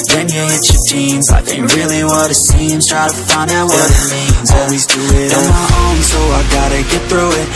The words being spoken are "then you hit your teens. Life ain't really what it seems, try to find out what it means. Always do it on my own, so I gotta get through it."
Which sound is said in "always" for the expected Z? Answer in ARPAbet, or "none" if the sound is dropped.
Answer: Z